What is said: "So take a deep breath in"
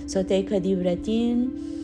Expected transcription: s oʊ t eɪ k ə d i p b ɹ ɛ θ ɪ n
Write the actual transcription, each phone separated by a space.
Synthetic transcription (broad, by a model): s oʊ t eɪ k ə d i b ɹ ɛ t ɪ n